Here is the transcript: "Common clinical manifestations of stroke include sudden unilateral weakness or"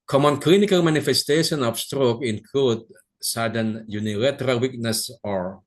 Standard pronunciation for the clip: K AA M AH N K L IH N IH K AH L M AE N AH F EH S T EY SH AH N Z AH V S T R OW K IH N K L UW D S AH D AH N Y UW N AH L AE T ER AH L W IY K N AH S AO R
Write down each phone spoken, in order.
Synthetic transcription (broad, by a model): K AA M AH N K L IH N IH K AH L M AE N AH F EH S T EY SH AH N AH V S T R OW K IH N K L UW D S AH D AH N Y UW N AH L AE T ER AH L W IY K N AH S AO R